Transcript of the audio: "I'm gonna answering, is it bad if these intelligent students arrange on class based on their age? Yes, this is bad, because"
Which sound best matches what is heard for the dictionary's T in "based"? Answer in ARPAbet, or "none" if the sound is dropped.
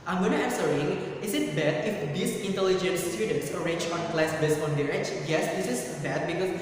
none